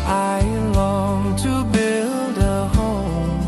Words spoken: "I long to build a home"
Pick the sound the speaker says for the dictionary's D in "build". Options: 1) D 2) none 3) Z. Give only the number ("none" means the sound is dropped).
1